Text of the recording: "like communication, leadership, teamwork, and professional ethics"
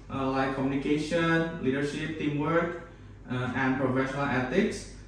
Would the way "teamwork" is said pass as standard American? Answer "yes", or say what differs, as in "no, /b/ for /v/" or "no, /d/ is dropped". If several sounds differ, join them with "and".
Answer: yes